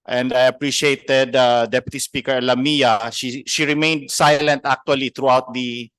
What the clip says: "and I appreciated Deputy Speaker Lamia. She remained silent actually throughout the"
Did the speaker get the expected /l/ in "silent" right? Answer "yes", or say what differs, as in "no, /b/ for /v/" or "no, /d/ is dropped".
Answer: yes